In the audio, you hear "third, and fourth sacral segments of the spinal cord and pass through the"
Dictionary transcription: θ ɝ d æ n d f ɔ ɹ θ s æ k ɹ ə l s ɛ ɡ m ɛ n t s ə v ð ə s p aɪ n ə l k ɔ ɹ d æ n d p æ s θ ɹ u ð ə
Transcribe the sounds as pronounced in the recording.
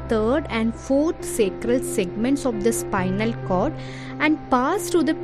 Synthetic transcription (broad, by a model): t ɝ d æ n d f ɔ ɹ t s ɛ k ɹ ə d s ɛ ɡ m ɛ n t s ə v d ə s p aɪ n ə l k ɔ ɹ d æ n d p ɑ s t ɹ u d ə